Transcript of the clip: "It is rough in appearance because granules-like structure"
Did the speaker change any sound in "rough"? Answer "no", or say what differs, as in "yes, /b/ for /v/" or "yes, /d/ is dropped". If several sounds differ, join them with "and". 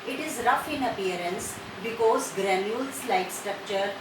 no